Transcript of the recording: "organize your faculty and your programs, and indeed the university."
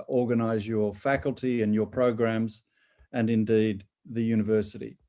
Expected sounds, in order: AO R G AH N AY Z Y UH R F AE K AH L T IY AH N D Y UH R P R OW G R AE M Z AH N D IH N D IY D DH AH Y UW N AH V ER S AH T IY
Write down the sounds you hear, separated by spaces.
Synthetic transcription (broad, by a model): AO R G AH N AY Z Y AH R F AE K AH L T IY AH N Y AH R P R OW G R AE M Z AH N IH N D IY D DH AH Y UW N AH V ER S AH T IY